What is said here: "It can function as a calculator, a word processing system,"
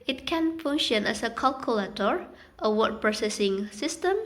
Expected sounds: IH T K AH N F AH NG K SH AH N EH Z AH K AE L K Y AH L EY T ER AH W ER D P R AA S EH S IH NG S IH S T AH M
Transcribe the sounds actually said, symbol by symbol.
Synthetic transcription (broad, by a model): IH T K AH N F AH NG SH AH N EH S AH K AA L K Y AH L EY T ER AH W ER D P R AA S EH S IH NG S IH S T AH M